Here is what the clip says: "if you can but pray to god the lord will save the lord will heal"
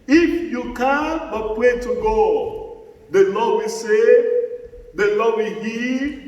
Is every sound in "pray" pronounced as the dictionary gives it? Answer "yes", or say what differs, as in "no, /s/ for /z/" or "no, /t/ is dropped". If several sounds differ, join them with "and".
no, /w/ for /ɹ/